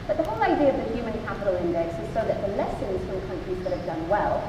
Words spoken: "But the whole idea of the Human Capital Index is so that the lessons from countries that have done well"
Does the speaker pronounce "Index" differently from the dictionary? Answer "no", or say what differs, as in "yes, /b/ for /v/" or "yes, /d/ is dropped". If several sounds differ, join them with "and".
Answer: no